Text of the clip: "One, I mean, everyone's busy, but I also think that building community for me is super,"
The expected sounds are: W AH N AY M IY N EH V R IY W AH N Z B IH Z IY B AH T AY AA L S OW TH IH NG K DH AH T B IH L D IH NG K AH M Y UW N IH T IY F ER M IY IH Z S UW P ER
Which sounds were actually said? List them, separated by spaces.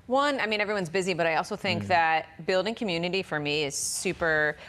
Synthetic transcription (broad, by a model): W AH N AY M IY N EH V R IY W AH N Z B IH Z IY B AH T AY AA L S OW TH IH NG K DH AH T B IH L D IH NG K AH M Y UW N IH T IY F ER M IY IH Z S UW P ER